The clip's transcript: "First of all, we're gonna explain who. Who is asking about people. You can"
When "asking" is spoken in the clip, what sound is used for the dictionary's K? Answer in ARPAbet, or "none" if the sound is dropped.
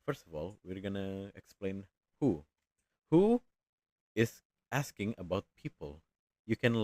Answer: K